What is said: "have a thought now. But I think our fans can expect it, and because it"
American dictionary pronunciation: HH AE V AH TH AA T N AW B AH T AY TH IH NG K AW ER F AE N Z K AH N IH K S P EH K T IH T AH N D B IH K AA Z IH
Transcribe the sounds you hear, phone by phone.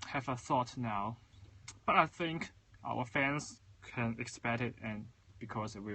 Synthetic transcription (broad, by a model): HH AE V AH TH AA T N AW B AH T AY TH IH NG K AW ER F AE N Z K AH N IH K S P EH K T IH T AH N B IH K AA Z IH